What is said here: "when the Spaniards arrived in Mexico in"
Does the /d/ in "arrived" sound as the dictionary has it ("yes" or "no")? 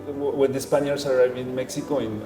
no